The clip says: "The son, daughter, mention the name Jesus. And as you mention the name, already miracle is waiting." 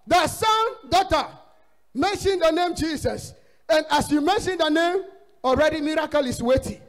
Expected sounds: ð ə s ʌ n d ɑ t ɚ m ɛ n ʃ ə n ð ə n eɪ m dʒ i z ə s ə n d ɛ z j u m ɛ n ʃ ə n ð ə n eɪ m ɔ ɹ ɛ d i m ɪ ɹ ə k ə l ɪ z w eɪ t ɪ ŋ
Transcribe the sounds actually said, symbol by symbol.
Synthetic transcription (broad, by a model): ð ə s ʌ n d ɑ t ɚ m ɛ n ʃ ə n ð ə n eɪ m dʒ i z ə s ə n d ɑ s j u m ɛ n ʃ ə n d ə n eɪ m ɔ ɹ ɛ d i m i ɹ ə k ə l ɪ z w eɪ t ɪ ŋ